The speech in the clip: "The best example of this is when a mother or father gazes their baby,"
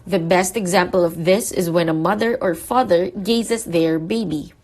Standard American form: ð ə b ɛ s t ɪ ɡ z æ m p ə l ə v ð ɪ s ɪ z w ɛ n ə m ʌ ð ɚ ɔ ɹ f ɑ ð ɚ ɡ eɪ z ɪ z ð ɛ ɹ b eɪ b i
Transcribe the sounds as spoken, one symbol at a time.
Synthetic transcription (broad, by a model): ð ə b ɛ s t ɪ ɡ z æ m p ə l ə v ð ɪ s ɪ z w ɛ n ə m ʌ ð ɚ ɔ ɹ f ɑ ð ɚ ɡ eɪ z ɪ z ð ɛ ɹ b eɪ b i